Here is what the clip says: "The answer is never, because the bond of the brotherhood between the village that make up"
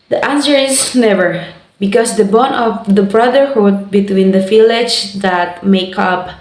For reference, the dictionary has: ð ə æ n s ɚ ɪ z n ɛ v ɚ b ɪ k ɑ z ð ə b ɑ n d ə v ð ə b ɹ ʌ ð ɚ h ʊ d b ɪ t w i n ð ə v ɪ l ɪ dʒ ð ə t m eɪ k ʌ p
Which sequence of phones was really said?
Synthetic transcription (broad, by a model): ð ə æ n s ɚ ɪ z n ɛ v ɚ b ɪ k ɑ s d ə b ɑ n ə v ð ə b ɹ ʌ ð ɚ h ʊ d b ɪ t w i n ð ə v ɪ l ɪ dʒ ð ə t m eɪ k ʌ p